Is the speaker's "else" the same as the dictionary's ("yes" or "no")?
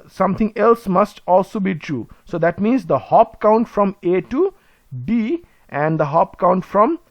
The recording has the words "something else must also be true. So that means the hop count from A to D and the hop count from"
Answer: yes